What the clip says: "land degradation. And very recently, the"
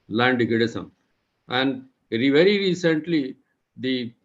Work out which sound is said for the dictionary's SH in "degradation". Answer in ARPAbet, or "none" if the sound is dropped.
S